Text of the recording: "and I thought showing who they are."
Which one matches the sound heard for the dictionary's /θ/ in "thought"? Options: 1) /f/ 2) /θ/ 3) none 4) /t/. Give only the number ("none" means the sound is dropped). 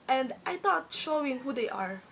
4